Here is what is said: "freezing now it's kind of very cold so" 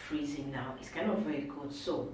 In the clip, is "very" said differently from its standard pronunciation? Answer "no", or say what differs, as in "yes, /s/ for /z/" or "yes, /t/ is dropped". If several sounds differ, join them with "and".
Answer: no